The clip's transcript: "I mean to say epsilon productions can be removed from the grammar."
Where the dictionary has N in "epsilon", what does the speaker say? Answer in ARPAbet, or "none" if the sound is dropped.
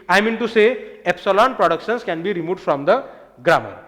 N